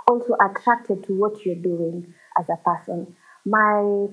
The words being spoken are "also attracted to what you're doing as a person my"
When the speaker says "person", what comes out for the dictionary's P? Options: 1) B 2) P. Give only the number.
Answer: 2